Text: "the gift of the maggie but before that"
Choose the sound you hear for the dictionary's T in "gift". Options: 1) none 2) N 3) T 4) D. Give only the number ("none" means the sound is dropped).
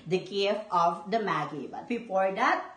1